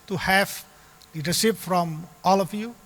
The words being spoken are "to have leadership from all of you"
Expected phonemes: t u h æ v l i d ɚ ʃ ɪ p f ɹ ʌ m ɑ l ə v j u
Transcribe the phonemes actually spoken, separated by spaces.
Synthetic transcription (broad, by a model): t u h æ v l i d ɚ s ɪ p f ɹ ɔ m ɑ l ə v j u